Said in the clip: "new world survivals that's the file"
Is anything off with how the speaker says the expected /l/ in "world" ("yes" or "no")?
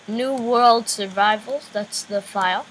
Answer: no